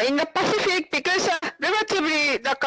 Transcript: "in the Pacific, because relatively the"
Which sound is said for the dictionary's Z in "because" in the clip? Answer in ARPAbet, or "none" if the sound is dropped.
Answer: S